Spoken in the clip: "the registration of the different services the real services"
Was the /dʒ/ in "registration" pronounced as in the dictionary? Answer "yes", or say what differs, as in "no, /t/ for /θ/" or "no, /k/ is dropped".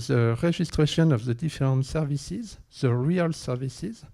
no, /ʒ/ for /dʒ/